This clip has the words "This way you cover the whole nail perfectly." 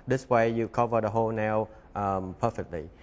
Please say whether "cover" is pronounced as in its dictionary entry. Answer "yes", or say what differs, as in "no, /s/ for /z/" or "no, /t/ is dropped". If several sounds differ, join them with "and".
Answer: yes